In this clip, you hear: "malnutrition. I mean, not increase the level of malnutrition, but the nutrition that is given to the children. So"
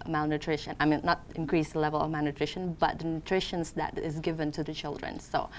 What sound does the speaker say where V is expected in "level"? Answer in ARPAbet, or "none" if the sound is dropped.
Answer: V